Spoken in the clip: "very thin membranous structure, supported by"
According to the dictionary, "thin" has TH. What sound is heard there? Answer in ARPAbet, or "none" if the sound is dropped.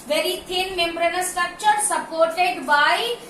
T